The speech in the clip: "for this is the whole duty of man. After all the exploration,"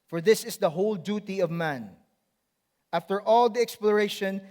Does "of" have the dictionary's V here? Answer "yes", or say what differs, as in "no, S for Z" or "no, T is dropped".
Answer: yes